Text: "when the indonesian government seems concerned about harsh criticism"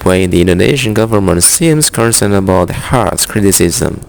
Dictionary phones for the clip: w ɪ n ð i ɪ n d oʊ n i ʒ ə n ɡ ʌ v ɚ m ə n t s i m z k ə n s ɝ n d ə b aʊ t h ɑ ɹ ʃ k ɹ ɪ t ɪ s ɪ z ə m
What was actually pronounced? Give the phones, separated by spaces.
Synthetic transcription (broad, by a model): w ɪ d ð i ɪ n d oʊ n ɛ ʃ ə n ɡ ʌ v ɚ m ə n t s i m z k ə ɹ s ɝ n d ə b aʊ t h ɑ ɹ s k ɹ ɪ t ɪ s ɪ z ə m